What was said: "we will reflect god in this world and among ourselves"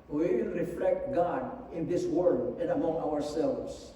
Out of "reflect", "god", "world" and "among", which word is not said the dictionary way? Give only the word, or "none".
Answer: world